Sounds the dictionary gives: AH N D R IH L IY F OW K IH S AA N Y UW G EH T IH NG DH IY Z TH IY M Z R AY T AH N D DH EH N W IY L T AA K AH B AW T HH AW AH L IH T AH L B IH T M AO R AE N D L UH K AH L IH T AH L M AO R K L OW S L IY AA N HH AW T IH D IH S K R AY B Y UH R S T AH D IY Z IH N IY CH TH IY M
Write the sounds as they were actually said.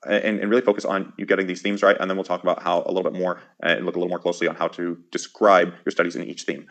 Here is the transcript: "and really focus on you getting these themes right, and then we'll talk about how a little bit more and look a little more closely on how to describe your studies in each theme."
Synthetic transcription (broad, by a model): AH N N R IH L IY F OW K IH S N Y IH G EH T IH NG DH IY Z TH IY M Z R AY T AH N DH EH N W IY L T AA K AH B AW T HH AW AH L IH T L B IH T M AO R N L UH K AH L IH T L M AO R K L OW S L IY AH N HH AW T IH D IH S K R AY B Y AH R S T AH D IY Z IH N IY CH TH IY M